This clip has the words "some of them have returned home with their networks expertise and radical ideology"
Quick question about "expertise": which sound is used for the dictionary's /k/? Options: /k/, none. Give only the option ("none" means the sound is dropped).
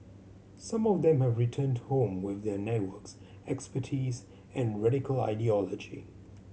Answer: /k/